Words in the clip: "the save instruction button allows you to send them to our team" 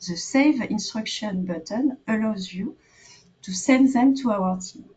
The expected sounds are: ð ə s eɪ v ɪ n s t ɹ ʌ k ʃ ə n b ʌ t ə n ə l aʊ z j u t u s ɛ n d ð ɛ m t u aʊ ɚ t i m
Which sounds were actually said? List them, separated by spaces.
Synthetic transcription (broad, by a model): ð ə s eɪ v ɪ n s t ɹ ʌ k ʃ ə n b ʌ t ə n ə l aʊ z j u t u s ɛ n d ð ɛ m t u aʊ ɚ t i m